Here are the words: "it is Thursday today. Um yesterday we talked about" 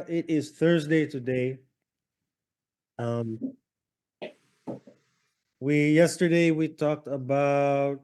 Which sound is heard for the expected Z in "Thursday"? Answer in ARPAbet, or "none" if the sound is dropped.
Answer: Z